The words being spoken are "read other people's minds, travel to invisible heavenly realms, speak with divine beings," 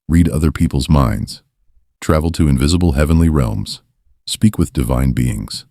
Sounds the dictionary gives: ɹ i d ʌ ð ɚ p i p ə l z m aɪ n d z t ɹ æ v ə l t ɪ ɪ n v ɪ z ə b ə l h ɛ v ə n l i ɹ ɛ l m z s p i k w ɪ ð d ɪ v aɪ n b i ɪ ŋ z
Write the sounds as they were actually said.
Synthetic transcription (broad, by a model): ɹ i d ʌ ð ɚ p i p l z m aɪ n d z t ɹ æ v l t ɪ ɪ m v ɪ z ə b l h ɛ v ə n l i ɹ ɛ l m z s p i k w ɪ ð d ɪ v aɪ n b i ɪ ŋ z